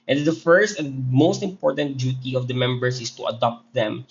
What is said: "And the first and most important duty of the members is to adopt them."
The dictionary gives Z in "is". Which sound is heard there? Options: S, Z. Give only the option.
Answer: S